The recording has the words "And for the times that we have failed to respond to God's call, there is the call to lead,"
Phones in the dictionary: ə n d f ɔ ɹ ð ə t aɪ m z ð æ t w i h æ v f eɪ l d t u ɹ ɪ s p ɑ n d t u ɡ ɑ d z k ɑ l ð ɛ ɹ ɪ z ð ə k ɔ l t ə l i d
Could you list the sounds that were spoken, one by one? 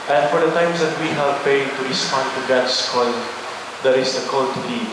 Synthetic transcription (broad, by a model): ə n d f ɔ ɹ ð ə t aɪ m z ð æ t w i h æ v p eɪ d t u ɹ ɪ s p ɑ n d t u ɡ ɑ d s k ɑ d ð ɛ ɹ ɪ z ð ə k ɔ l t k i